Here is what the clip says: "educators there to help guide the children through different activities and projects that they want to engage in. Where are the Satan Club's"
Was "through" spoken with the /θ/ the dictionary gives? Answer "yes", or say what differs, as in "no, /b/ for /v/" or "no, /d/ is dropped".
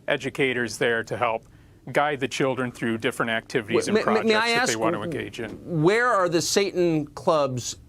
yes